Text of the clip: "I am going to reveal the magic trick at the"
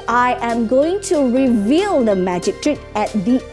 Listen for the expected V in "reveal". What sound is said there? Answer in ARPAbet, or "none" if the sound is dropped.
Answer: V